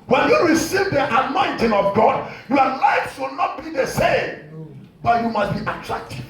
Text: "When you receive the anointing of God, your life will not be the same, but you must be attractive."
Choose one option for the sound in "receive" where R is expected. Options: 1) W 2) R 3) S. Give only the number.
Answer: 2